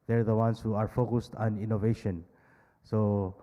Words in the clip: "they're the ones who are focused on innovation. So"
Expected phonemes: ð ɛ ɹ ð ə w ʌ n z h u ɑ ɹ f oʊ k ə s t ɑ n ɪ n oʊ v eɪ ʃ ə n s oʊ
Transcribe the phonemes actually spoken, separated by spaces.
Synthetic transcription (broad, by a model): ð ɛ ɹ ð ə w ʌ n s h u ɑ ɹ f oʊ k ə s t ɑ n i n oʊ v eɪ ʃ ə n s oʊ